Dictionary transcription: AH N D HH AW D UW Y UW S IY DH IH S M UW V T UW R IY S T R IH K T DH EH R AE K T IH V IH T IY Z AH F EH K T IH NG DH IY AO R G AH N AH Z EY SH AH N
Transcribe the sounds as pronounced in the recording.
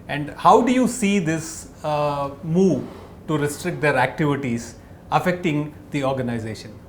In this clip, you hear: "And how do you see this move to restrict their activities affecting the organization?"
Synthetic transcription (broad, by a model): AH N D HH AW D UW Y UW S IY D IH S M UW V T UW R IY S T R IH K T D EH R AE K T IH V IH T IY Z AH F EH K T IH NG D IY AO R G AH N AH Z EY SH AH N